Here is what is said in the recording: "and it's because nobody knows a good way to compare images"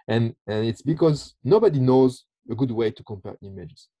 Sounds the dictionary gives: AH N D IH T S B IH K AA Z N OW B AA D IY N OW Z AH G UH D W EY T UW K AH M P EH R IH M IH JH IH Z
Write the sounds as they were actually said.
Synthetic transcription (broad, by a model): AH N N IH T S B IH K AA Z N OW B AA D IY N OW Z AH G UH D W EY T UW K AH M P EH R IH M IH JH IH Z